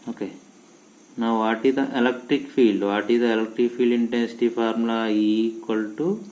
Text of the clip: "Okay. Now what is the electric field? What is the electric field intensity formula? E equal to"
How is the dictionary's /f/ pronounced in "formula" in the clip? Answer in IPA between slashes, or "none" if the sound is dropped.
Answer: /p/